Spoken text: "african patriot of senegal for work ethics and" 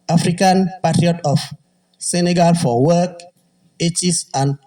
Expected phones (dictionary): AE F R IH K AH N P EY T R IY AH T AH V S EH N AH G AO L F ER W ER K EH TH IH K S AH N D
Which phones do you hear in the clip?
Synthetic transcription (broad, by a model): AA F R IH K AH N P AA T R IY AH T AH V S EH N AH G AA L F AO W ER K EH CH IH S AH N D